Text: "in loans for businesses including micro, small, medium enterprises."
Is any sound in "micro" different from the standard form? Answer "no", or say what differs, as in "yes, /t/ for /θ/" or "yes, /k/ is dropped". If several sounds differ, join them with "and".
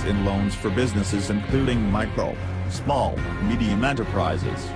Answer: yes, /ɹ/ is dropped